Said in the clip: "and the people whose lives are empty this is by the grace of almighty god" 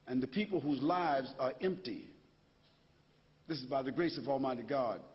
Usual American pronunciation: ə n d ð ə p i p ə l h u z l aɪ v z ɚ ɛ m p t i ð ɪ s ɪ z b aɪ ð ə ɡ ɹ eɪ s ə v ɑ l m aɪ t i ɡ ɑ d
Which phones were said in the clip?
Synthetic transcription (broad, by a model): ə n ð ə p i p l h u z l aɪ v z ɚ ɛ m p t i ð ɪ s ɪ z b aɪ ð ə ɡ ɹ eɪ s ə v ɑ l m aɪ t i ɡ ɑ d